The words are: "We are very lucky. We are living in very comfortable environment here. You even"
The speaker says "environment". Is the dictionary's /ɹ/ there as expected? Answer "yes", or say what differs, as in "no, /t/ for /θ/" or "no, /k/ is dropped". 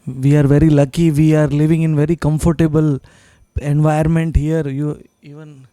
no, /ɹ/ is dropped